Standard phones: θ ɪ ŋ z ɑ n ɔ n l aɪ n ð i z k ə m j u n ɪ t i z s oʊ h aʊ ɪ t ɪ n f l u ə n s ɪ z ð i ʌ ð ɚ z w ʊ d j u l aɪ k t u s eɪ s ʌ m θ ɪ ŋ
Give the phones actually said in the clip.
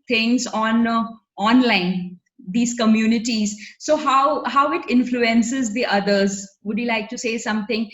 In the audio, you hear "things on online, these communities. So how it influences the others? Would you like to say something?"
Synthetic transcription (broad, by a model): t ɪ ŋ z ɑ n ɔ n l aɪ n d i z k ə m j u n ɪ t i z s oʊ h aʊ ɪ t ɪ n f l u ə n s ɪ z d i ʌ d ɚ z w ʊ d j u l aɪ k t u s eɪ s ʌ m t ɪ ŋ